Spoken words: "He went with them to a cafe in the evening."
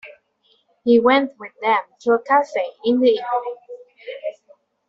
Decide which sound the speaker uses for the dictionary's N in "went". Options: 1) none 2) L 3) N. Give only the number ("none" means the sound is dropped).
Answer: 3